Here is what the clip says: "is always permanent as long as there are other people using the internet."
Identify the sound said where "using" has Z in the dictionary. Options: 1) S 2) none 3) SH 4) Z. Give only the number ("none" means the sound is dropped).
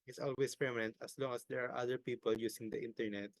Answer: 1